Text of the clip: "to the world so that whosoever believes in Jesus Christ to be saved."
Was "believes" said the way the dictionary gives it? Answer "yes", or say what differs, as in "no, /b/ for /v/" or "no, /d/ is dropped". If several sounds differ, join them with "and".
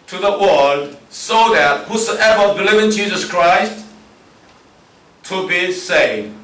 no, /z/ is dropped